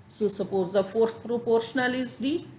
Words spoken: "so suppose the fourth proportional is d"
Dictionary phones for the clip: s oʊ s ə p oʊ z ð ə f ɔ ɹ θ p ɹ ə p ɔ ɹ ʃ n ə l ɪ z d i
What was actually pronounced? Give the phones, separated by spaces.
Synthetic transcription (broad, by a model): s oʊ s ə p oʊ z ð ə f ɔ ɹ t p ɹ ə p ɔ ɹ ʃ n ə l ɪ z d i